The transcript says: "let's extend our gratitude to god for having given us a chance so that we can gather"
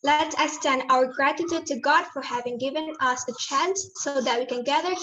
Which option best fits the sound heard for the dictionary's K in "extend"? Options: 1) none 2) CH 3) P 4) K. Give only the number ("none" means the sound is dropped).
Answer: 1